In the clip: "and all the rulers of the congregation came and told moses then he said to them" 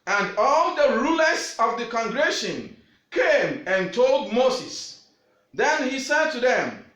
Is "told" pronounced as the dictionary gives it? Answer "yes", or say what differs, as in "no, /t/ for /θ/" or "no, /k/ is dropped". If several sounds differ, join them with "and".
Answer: yes